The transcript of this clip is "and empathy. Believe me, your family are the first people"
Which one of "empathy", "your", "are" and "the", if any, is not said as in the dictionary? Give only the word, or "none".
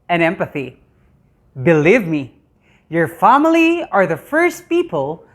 none